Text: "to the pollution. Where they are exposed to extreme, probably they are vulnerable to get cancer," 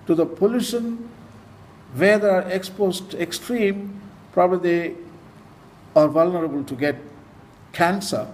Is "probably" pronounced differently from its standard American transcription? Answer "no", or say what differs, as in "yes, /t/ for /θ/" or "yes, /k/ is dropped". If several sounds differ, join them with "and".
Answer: yes, /l/ is dropped